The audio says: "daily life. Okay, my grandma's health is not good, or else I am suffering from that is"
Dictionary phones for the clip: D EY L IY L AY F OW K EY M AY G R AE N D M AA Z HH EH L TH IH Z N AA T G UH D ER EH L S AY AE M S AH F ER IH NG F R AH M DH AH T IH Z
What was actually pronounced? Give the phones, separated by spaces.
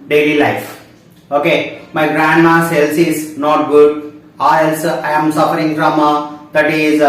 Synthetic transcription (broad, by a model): D EY L IY L AY F OW K EY M AY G R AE N D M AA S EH L S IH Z N AA T G UH D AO EH L S AY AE M S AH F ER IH NG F R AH M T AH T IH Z